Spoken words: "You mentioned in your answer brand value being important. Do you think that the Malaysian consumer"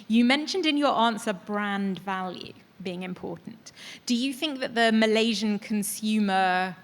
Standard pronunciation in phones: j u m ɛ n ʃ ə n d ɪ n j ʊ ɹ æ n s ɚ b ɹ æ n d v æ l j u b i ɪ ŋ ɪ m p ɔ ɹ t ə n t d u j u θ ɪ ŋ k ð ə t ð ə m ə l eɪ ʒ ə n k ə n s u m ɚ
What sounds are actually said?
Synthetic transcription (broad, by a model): j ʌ m ɛ n ʃ ə n d ɪ n j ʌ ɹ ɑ n s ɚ b ɹ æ n d v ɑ l j u b i ɪ ŋ ɪ m p ɔ t n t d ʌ j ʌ θ ɪ ŋ k ð ə t ð ə m ə l eɪ ʒ ə n k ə n s u m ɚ